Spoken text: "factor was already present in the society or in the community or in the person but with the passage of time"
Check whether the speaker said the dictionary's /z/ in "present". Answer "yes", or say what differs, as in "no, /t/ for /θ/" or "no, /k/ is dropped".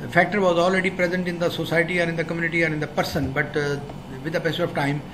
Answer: yes